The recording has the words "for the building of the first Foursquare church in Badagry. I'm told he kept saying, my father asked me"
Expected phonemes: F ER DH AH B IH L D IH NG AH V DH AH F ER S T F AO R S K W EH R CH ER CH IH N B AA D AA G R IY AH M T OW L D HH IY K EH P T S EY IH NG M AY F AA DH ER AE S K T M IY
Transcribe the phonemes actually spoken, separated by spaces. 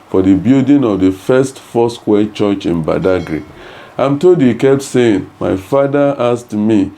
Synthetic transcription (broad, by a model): F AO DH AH B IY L D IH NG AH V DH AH F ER S T F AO S K W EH CH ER CH IH N B AA D AA G R IY AH M T OW L D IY K EH P T S EY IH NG M AY F AA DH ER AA S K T M IY